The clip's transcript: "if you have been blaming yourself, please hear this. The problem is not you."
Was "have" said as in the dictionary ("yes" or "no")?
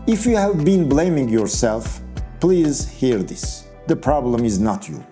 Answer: yes